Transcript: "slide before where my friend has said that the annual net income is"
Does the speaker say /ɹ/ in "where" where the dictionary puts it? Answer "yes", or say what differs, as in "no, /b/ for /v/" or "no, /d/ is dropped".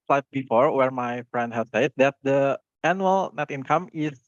yes